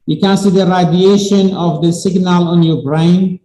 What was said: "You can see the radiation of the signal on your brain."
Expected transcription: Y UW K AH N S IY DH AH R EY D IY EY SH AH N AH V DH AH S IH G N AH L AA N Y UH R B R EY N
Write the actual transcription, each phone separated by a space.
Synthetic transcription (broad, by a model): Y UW K AH N S IY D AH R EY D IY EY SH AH N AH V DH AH S IH G N AH L AA N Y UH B R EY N